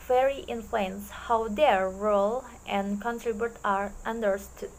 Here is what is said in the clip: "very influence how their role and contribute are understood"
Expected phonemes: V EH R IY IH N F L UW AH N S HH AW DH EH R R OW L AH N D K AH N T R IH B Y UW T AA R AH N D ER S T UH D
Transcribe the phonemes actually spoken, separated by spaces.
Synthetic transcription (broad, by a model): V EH R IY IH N F L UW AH N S HH AW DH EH R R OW L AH N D K AH N T R IH B Y UW T AA R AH N D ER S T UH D